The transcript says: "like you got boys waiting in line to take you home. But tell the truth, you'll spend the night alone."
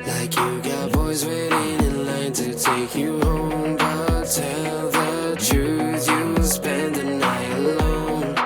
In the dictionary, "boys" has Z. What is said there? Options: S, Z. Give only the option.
Z